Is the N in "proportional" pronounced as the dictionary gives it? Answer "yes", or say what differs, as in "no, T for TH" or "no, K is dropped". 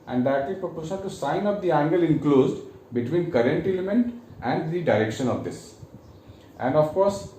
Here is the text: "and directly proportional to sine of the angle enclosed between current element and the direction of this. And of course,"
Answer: no, N is dropped